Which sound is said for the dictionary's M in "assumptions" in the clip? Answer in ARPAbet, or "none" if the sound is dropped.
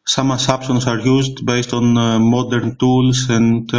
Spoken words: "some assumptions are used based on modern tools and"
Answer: none